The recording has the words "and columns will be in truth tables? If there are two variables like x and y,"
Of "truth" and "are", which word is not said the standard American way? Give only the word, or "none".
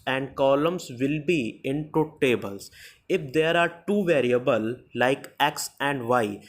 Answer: truth